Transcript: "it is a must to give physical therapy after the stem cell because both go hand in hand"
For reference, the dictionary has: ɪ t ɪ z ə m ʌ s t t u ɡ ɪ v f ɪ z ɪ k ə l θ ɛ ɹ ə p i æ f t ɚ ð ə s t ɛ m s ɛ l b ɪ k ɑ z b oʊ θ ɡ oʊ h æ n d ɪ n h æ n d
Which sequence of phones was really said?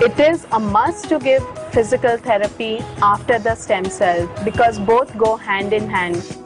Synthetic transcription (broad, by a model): ɪ t ɪ z ə m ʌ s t t u ɡ ɪ v f ɪ z ɪ k ə l t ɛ ɹ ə p i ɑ f t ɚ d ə s t ɛ m s ɛ l b ɪ k ɑ z b oʊ t ɡ oʊ h æ n d ɪ n h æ n d